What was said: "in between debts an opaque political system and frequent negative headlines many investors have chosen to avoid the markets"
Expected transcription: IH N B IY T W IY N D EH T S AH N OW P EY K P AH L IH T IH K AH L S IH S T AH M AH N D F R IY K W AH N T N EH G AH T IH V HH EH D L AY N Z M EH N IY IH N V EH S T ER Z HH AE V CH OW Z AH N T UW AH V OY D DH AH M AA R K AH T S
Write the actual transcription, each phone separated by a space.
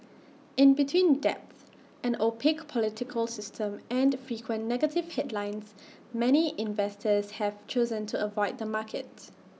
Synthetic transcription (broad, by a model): IH N B IY T W IY N D EH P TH AH N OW P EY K P AH L IH T IH K AH L S IH S T AH M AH N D F R IY K W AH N N EH G AH T IH V HH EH D L AY N S M EH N IY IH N V EH S T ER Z HH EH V CH OW Z AH N T UW AH V OY D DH AH M AA K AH T